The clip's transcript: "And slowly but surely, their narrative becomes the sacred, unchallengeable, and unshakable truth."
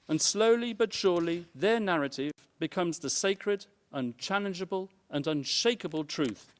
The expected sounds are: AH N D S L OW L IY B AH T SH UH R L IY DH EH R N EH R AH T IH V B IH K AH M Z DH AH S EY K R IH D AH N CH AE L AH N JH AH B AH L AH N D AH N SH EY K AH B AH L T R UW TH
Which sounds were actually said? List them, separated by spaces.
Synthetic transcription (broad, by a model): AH N S L OW L IY B AH T SH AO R L IY DH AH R N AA R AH T IH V B IH K AH M Z DH AH S EY K R IH D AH N CH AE L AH N JH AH B AH L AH N AH N SH EY K AH B AH L T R UW TH